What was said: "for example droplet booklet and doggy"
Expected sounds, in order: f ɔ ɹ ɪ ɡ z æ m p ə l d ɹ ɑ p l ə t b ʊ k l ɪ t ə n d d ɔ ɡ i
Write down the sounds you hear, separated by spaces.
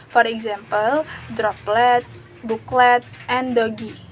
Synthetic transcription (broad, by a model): f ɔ ɹ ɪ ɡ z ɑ m p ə l d ɹ ɑ p l ə t b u k l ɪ t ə n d d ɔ ɡ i